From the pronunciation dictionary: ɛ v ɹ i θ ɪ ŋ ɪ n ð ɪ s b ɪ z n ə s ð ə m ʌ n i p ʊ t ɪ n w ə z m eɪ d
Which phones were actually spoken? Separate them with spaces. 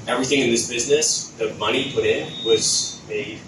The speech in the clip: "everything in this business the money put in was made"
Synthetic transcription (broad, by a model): ɛ v ɹ i θ ɪ ŋ ɪ n ð ɪ s b ɪ z n ə s ð ə m ʌ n i p ʊ t ɪ n w ə z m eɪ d